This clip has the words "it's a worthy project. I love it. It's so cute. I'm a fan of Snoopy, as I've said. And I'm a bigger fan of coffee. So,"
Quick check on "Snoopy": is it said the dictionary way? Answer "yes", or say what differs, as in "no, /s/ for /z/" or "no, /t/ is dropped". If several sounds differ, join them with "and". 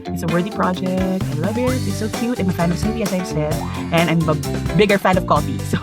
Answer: no, /n/ is dropped